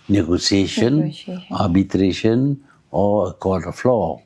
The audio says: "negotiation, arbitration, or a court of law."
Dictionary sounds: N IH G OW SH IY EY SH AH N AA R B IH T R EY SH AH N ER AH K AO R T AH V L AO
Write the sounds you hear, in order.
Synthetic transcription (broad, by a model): N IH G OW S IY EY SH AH N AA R B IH T R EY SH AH N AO AH K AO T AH F L AO